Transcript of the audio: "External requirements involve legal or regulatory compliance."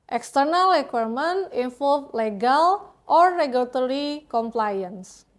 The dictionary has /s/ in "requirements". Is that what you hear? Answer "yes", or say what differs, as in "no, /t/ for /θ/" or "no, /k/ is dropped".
no, /s/ is dropped